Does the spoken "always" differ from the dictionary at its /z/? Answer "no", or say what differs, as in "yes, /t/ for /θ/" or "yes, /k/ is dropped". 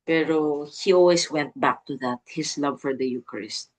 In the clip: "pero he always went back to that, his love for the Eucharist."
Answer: yes, /s/ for /z/